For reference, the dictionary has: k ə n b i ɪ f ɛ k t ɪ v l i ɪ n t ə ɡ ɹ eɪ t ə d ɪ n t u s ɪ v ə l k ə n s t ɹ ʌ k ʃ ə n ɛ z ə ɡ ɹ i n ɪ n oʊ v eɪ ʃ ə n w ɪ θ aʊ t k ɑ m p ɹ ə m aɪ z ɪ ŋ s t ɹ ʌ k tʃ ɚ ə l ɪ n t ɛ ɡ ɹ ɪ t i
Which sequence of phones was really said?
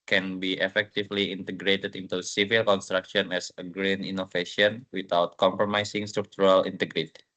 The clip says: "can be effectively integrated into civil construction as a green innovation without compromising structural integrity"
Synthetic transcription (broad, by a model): k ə n b i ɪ f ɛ k t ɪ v l i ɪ n t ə ɡ ɹ eɪ t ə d ɪ n t u s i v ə l k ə n s t ɹ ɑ k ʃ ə n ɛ s ə ɡ ɹ i n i n oʊ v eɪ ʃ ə n w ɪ t aʊ t k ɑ m p ɹ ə m aɪ s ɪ ŋ s t ɹ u k tʃ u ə l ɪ n t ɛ ɡ ɹ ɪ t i